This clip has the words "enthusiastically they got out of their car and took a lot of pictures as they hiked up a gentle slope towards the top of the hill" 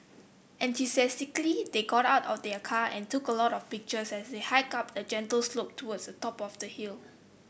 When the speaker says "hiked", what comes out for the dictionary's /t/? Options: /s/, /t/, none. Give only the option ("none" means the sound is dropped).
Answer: none